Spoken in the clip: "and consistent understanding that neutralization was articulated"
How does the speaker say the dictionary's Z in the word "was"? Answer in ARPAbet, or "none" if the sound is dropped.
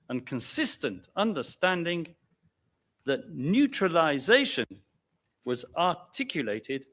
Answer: Z